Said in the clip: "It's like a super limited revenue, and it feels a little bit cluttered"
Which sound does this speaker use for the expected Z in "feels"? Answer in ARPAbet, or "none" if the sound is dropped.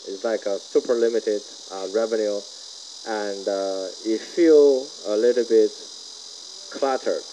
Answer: none